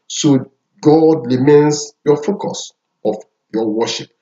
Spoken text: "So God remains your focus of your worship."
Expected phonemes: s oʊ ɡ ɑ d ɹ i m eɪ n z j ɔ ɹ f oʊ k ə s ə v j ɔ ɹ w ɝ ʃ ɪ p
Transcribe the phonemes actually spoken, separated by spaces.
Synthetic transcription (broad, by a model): s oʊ ɡ ɑ d l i m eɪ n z j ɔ f oʊ k ə s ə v j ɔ w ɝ ʃ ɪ p